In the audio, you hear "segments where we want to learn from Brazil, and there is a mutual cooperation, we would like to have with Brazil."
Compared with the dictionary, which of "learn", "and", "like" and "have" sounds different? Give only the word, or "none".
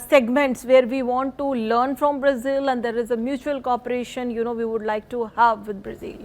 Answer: none